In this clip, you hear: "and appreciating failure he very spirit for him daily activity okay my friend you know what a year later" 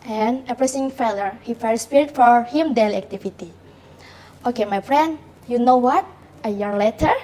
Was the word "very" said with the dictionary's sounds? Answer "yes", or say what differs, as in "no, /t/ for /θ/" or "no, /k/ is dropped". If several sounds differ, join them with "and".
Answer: no, /f/ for /v/